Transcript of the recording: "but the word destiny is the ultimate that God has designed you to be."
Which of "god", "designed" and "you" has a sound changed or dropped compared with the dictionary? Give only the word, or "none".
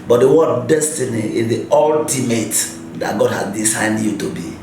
designed